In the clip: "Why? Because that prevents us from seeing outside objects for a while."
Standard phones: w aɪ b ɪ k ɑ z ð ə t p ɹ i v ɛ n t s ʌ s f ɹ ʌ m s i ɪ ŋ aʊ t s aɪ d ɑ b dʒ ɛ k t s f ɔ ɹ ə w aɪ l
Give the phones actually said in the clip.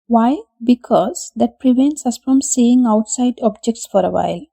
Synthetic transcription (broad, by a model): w aɪ b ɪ k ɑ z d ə t p ɹ i v ɛ n t s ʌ s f ɹ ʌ m s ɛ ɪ ŋ aʊ t s aɪ d ɑ b dʒ ɛ k t s f ɔ ɹ ə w aɪ l